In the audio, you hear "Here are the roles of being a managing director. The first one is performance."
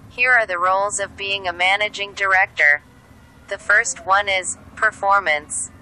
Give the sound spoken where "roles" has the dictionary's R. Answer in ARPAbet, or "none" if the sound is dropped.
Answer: R